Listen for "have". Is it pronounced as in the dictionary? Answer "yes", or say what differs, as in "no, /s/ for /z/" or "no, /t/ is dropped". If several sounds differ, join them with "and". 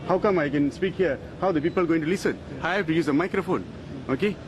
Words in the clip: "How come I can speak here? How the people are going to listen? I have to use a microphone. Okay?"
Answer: no, /f/ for /v/